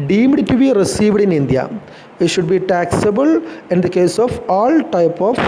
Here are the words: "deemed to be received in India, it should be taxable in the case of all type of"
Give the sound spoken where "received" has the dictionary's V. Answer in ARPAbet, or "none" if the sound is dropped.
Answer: V